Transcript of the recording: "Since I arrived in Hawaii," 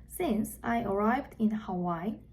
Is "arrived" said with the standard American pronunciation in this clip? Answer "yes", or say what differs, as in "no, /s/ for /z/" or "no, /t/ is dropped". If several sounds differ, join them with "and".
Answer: yes